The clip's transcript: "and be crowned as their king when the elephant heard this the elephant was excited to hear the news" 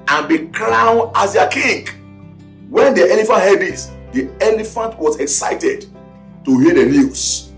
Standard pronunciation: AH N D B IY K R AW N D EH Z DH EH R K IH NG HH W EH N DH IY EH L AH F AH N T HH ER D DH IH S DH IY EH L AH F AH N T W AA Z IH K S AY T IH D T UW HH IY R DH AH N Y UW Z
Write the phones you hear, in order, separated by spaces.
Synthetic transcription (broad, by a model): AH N B IY K L AW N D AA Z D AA K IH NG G W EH N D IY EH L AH F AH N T HH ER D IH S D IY EH L AH F AH N T W AA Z IH K S AY T IH D T UW HH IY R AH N Y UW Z